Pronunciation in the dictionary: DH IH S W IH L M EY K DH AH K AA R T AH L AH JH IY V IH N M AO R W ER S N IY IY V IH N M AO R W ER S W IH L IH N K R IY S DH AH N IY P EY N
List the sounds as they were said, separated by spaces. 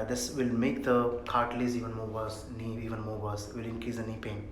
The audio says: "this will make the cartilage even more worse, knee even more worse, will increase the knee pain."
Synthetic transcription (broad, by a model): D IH S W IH L M EY K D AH K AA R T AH L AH Z IY V IH N M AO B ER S N IY IY V IH N M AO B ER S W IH L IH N K R IY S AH N IY P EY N